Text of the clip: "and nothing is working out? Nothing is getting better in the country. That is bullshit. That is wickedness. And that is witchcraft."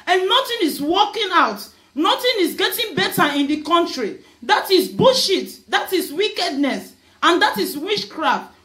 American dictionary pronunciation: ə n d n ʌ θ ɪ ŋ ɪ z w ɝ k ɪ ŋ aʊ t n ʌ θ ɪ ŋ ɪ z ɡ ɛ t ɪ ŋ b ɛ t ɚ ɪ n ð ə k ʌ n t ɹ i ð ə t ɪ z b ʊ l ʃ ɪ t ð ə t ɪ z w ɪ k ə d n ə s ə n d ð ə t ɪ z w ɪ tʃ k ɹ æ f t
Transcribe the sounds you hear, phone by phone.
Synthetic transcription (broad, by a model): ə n n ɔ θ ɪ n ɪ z w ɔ k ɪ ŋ aʊ t n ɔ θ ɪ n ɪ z ɡ ɛ t ɪ ŋ b ɛ t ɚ ɪ n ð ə k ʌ n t ɹ i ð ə t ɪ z b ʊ ʃ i t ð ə t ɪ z w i k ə d n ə s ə n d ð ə t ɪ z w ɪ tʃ k ɹ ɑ f t